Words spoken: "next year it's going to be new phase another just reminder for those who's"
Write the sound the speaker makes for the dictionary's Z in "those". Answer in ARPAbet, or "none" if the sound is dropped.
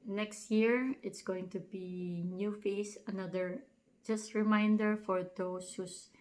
S